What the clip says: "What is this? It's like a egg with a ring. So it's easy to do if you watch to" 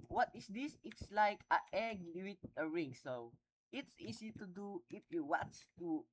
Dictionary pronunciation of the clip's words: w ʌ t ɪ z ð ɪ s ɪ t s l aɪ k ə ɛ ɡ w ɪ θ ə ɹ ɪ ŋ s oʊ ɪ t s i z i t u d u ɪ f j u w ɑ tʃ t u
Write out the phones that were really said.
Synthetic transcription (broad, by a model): w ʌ t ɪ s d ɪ s ɪ t s l aɪ k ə ɛ ɡ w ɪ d ə ɹ ɪ ŋ s oʊ ɪ t s i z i t u d u ɪ f j u w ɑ s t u